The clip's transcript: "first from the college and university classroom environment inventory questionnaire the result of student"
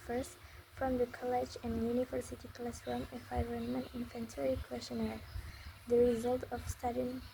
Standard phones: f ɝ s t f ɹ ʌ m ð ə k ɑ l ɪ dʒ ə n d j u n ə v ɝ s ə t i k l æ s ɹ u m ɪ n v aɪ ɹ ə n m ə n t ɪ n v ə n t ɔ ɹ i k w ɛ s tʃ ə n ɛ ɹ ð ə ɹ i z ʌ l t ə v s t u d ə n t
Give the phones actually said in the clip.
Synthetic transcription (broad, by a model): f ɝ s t f ɹ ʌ m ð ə k ɑ l ɪ dʒ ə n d j u n ə v ɝ s ə t i k l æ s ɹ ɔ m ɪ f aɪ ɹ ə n m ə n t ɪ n f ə n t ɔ ɹ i k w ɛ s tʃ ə n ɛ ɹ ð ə ɹ i z ʌ l t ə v s t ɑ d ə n